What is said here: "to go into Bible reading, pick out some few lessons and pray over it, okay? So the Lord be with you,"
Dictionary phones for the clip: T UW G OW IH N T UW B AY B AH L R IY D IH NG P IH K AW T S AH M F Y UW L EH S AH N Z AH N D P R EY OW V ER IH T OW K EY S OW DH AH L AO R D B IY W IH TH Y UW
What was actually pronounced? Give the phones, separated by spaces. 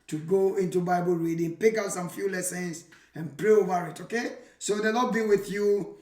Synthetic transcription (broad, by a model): T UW G OW IH N T UW B AY B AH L R IY D IH NG P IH K AW T S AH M F Y UW L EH S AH N S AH N P R EY OW V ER IH T OW K EY S OW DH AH N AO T B IY W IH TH Y UW